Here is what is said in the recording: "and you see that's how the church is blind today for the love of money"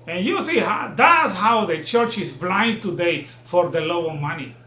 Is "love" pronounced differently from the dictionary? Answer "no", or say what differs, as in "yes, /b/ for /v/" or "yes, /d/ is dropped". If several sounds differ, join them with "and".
yes, /v/ is dropped